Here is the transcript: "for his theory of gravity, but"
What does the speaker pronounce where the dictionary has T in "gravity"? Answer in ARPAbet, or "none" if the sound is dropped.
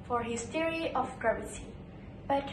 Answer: S